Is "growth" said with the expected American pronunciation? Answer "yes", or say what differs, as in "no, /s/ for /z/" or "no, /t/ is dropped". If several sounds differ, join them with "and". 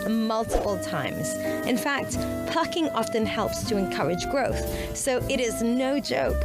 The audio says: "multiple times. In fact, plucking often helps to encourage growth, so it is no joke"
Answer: yes